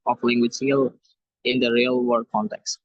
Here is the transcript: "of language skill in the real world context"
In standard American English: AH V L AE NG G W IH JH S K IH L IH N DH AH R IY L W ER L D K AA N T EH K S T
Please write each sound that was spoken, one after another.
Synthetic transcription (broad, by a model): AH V L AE NG G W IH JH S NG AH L IH N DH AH R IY L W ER D K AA N T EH K S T